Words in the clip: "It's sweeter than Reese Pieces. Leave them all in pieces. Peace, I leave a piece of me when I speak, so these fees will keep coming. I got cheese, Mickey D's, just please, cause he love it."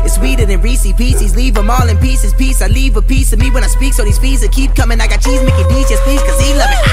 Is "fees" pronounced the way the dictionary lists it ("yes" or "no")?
no